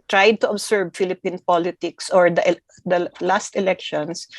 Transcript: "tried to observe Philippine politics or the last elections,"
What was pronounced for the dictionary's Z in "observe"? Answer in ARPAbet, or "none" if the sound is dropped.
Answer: S